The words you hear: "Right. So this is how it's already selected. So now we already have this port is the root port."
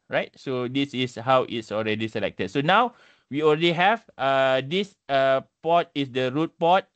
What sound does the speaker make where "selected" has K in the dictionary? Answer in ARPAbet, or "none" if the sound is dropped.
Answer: K